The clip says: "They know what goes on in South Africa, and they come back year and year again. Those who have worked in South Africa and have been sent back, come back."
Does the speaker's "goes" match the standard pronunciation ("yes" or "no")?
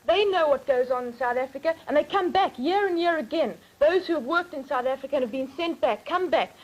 yes